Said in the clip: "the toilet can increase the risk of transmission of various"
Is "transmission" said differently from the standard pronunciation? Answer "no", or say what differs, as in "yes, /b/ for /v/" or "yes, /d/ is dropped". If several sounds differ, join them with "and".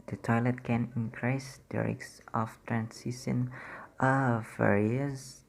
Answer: yes, /m/ is dropped